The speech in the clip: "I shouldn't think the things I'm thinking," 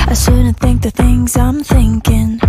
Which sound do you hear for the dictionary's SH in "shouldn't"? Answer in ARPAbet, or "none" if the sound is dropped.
S